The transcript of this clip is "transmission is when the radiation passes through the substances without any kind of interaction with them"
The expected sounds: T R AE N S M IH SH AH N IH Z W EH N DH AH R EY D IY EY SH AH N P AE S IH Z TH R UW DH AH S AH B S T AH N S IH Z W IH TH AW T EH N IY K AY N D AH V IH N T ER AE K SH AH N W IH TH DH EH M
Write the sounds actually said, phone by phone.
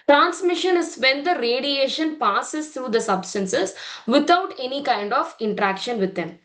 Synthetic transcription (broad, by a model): T R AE N S M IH SH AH N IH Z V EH N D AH R EY D IY EY SH AH N P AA S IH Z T R UW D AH S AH B S T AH N S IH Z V IH T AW T EH N IY K AY N D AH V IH N T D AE K SH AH N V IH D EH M